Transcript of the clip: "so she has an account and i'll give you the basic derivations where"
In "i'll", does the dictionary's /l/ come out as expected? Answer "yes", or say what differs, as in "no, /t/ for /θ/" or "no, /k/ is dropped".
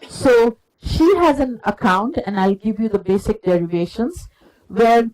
yes